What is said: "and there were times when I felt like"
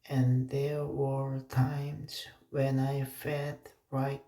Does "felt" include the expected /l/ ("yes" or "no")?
no